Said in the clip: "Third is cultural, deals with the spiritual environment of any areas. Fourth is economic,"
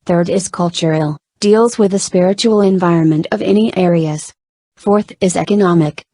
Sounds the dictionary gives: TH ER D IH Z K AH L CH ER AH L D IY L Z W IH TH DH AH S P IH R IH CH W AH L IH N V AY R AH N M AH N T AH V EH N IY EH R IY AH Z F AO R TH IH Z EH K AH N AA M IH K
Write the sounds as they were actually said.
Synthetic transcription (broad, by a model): TH ER D IH Z K AH L CH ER L D IY L Z W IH DH AH S P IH R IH CH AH L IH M V AY R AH N M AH N T AH V EH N IY EH R IY AH Z F AO R TH IH Z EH K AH N AA M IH K